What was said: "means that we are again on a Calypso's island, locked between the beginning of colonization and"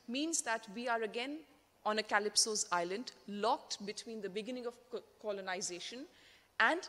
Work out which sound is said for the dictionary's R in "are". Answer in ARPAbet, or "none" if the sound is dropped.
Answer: R